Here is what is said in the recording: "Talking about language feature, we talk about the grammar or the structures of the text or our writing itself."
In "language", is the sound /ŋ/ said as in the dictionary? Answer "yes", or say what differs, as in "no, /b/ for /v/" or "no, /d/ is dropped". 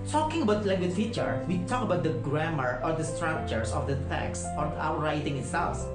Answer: no, /ŋ/ is dropped